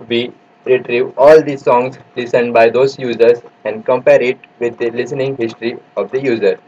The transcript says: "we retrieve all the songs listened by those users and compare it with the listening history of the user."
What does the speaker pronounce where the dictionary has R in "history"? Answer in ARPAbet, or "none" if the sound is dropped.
R